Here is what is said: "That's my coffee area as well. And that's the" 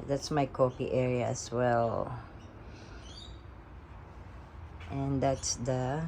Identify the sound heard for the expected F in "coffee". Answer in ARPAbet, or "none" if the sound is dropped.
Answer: P